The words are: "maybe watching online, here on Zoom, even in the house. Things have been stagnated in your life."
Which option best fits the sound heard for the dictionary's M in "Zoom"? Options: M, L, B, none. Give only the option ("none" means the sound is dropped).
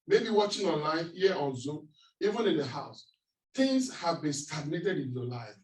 none